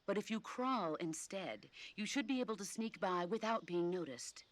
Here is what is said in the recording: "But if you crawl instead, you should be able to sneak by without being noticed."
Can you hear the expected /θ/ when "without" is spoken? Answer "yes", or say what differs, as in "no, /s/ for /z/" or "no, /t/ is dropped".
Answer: yes